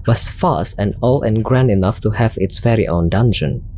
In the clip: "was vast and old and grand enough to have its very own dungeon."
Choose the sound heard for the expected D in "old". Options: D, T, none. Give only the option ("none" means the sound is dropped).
none